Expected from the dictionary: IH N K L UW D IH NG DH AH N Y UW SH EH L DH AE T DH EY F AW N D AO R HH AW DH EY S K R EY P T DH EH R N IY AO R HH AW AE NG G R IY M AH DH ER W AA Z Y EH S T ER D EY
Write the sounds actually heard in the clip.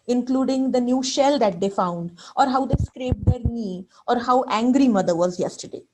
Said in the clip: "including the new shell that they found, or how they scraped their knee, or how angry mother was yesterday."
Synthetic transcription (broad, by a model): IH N K L UW D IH NG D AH N Y UW SH EH L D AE T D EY F AW N D AO R HH AW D EY S K R EY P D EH R N IY AO R HH AW AE NG G R IY M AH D ER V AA Z Y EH S T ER D EY